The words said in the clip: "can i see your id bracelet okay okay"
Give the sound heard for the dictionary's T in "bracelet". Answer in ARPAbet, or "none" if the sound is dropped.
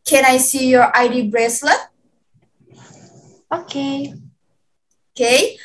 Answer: none